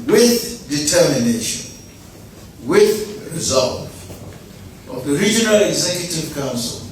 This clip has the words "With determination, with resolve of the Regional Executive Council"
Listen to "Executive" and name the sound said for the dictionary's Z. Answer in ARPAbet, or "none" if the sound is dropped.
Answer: Z